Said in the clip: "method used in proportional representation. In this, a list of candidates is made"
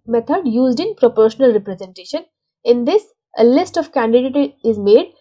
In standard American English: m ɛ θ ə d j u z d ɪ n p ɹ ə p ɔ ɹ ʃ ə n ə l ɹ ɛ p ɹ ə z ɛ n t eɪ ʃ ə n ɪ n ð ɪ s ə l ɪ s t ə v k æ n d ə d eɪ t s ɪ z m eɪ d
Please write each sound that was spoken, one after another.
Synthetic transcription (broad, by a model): m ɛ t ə d j u z d ɪ n p ɹ ə p ɔ ɹ ʃ ə n ə l ɹ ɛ p ɹ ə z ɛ n t eɪ ʃ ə n ɪ n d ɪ s ə l ɪ s t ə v k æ n d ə d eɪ t ɪ z m eɪ d